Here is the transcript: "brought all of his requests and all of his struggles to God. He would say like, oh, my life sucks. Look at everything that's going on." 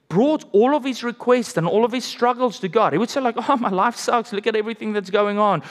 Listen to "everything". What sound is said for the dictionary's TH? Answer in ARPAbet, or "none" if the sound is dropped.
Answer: TH